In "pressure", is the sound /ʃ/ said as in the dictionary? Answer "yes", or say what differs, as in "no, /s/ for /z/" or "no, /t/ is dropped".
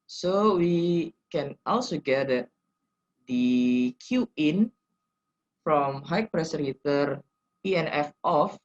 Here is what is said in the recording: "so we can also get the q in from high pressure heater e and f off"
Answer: no, /s/ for /ʃ/